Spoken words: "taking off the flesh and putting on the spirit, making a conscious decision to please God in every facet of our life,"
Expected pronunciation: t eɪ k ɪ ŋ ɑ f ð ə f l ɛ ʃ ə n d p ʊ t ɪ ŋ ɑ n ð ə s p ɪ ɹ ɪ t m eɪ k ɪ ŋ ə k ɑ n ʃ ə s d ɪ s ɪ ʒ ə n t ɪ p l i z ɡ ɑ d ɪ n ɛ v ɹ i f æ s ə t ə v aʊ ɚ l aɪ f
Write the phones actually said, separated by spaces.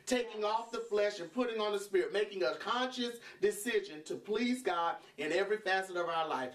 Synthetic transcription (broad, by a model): t eɪ k ɪ ŋ ɑ f ð ə f l ɛ ʃ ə n p ʊ t ɪ ŋ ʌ n ð ə s p ɪ ɹ ɪ t m eɪ k ɪ ŋ ə k ɑ n ʃ ə s d ɪ s ɪ ʒ ə n t ɪ p l i z ɡ ɑ d ɪ n ɛ v ɹ i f æ s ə t ə v aʊ ɚ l aɪ f